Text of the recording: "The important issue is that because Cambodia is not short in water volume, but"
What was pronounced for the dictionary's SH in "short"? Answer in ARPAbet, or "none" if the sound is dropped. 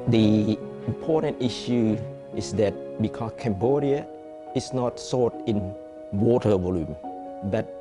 S